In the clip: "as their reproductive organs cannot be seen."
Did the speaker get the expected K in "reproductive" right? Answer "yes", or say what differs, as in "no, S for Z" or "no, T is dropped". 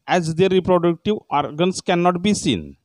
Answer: yes